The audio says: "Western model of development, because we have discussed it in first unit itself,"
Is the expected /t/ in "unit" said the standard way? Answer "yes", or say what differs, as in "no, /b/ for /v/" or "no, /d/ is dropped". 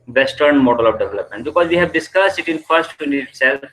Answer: no, /t/ is dropped